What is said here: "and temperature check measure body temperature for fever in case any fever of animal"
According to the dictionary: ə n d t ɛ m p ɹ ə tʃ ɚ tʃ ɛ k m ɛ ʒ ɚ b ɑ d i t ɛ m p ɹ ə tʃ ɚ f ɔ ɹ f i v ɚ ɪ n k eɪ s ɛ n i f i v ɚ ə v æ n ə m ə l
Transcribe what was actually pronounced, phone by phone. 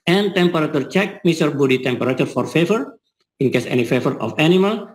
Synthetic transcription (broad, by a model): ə n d t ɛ m p ɹ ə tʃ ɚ tʃ ɛ k m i s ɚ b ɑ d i t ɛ m p ɹ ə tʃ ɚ f ɔ ɹ f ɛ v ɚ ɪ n k eɪ s ɛ n i f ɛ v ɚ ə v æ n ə m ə l